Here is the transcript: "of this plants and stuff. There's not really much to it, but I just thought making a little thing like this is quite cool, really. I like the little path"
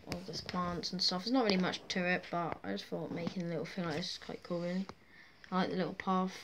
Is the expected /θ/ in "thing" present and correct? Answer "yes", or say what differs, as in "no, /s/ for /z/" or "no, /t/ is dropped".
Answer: no, /f/ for /θ/